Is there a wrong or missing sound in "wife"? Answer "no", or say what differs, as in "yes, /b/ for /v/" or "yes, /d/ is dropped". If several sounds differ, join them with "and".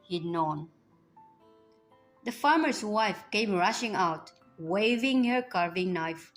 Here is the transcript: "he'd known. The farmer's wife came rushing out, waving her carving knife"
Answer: no